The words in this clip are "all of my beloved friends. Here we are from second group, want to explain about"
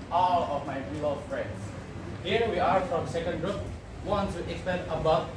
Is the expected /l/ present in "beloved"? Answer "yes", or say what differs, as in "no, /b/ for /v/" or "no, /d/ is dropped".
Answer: no, /l/ is dropped